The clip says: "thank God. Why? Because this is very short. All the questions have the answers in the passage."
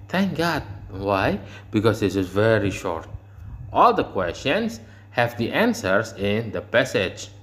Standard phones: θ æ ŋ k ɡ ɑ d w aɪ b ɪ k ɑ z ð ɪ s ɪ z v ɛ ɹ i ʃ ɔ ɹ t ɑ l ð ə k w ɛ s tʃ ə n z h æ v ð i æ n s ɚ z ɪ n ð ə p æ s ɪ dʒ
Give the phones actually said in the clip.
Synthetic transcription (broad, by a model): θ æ ŋ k ɡ ɑ d w aɪ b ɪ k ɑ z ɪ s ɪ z v ɛ ɹ i ʃ ɔ ɹ t ɑ l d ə k w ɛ s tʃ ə n s h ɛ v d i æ n s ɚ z ɪ n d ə p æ s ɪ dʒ